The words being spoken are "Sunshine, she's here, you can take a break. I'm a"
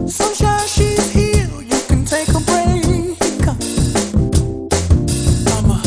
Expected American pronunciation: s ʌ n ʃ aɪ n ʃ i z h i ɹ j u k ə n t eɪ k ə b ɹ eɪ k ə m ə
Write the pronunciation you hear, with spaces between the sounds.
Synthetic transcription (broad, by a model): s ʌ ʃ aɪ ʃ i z h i l j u k ə n t eɪ k ə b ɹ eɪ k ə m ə